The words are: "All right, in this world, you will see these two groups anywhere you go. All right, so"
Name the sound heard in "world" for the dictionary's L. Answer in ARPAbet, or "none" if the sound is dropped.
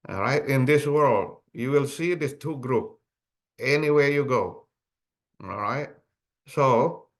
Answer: L